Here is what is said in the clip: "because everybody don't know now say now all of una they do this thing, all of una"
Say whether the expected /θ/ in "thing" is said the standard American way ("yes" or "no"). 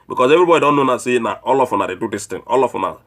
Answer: no